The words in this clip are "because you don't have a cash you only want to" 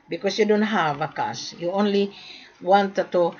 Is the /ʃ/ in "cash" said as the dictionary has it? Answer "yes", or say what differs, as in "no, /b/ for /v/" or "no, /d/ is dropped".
no, /s/ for /ʃ/